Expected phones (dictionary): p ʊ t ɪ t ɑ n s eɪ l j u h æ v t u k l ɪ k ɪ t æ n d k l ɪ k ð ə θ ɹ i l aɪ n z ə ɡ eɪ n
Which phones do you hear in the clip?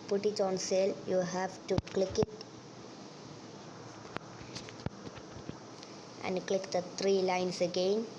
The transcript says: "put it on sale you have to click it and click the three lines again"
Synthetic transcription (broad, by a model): p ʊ t ɪ t ɑ n s eɪ l j u h æ v t u k l ɪ k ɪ t æ n d k l ɪ k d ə t ɹ i l aɪ n s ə ɡ eɪ n